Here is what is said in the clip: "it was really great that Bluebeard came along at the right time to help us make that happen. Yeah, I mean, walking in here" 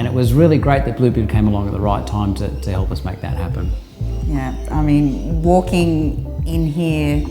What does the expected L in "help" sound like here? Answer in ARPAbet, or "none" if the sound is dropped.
L